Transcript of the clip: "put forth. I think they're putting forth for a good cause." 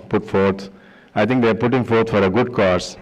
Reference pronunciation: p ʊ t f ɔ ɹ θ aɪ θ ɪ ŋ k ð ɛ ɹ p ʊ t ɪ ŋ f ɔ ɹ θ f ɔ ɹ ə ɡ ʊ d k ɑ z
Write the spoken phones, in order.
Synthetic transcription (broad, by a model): p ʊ t f ɔ ɹ t aɪ t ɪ ŋ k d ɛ ɹ p ʊ t ɪ ŋ f ɔ ɹ t f ɔ ɹ ə ɡ ʊ d k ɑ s